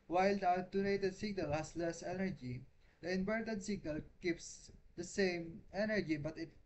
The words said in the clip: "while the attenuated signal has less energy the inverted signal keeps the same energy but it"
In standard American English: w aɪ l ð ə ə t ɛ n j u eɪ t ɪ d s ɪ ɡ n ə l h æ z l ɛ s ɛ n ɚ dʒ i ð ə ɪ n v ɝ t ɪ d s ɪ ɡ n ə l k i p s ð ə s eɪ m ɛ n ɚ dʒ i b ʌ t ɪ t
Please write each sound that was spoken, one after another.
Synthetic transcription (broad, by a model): w aɪ l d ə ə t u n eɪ t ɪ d s ɪ ɡ n ə l h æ s l ɛ s ɛ n ɚ dʒ i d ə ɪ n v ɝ t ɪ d s ɪ ɡ n ə l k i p s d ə s eɪ m ɛ n ɚ dʒ i b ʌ t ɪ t